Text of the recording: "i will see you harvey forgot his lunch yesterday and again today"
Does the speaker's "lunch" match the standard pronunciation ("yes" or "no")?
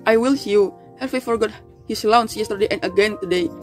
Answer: no